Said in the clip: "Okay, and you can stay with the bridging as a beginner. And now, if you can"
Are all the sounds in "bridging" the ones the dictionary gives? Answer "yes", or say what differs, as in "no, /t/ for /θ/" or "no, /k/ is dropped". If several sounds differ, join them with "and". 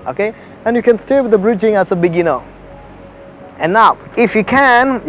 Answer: yes